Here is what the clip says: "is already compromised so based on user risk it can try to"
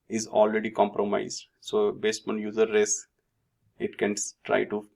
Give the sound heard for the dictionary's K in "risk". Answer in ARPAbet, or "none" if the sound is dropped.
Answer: none